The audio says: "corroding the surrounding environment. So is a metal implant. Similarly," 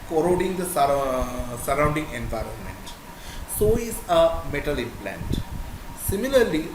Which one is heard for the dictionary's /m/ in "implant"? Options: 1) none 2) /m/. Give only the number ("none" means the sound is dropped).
1